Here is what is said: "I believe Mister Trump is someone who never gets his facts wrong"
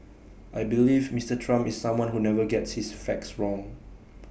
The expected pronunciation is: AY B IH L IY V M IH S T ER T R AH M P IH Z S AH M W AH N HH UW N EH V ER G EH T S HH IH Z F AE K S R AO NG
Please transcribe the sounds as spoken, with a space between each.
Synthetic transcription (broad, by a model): AY B IH L IY V M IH S T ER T R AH M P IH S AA M W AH N HH UW N EH V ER G EH T S HH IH S F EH K S R AO NG